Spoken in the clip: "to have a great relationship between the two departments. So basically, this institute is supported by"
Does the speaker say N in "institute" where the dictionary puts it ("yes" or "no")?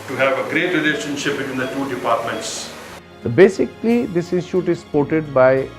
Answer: no